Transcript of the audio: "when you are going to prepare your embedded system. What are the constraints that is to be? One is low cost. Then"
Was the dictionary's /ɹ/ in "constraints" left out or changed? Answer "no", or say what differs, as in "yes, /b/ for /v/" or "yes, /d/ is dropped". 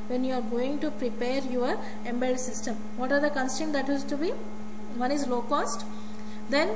yes, /ɹ/ is dropped